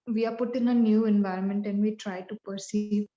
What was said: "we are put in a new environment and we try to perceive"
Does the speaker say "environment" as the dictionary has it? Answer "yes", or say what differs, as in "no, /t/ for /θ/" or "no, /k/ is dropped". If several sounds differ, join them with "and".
yes